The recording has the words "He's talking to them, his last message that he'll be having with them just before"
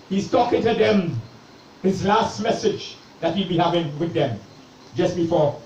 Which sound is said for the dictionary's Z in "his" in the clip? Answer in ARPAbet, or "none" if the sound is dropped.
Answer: Z